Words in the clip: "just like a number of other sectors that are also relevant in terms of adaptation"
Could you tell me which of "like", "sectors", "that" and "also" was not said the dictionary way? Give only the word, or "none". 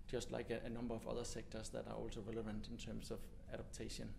sectors